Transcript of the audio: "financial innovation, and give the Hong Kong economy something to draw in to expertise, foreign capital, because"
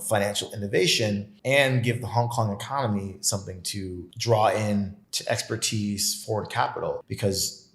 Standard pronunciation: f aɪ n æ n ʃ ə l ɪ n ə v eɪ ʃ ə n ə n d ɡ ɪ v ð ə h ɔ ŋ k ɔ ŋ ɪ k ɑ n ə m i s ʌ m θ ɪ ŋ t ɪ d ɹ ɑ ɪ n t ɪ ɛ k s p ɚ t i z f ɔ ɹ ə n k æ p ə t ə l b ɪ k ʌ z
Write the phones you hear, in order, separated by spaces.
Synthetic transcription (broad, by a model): f aɪ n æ n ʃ l ɪ n ə v eɪ ʃ ə n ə n ɡ ɪ v ð ə h ɔ ŋ k ɔ ŋ ɪ k ɑ n ə m i s ʌ m θ ɪ ŋ t ɪ d ɹ ɑ ɪ n t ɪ ɛ k s p ɚ t i z f ɔ ɹ ə n k æ p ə t l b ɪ k ʌ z